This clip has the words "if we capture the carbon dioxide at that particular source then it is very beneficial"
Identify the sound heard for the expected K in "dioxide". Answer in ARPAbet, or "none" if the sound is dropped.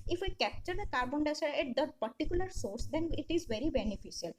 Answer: none